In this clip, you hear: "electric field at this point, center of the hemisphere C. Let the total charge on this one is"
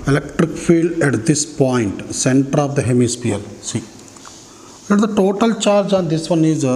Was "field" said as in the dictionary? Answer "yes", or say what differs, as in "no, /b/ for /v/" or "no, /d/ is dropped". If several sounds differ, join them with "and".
yes